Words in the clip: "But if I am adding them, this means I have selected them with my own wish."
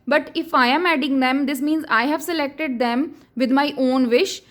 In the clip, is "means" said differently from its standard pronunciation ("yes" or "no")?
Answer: no